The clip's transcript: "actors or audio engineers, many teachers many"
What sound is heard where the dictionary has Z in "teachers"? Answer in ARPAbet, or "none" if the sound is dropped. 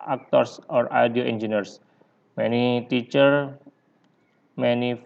none